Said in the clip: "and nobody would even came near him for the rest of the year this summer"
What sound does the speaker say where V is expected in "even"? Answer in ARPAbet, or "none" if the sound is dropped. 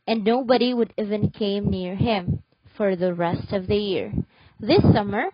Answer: V